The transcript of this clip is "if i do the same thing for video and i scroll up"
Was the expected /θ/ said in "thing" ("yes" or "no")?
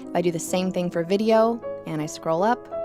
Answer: yes